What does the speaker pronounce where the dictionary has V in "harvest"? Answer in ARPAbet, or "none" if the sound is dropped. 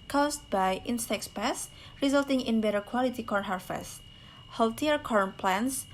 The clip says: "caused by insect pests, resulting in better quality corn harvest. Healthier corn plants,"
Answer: F